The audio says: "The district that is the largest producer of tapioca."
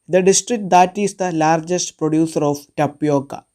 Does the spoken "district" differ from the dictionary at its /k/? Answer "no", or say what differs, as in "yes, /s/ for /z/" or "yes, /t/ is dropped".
no